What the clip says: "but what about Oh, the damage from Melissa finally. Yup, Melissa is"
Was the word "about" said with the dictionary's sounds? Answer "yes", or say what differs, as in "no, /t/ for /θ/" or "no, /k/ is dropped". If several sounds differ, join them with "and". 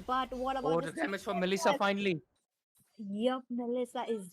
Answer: no, /t/ is dropped